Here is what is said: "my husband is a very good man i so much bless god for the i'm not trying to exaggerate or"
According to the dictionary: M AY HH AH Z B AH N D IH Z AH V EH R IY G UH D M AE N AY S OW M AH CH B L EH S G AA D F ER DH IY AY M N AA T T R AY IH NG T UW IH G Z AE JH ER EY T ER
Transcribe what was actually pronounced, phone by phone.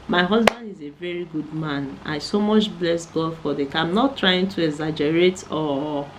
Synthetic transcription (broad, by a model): M AY HH AH Z B AH N D IH Z AH V EH R IY G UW D M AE N AY S OW M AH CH B L EH S G AA D F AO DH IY AY M N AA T T R AY IH NG T UW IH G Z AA JH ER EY T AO